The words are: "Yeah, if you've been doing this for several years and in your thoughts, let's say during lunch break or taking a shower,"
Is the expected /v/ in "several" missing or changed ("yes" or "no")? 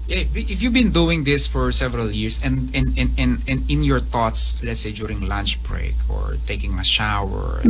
no